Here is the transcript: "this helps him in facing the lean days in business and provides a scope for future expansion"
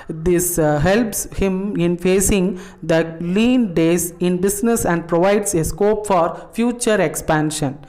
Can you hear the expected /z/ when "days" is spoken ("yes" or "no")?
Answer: no